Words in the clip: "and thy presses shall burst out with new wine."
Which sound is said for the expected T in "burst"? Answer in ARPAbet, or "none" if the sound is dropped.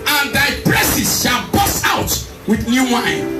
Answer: none